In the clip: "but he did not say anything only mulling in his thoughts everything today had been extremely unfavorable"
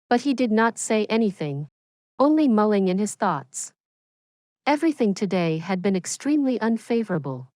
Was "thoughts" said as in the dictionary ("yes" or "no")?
yes